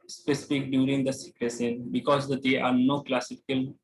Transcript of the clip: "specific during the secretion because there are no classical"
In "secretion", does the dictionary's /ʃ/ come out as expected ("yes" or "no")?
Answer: no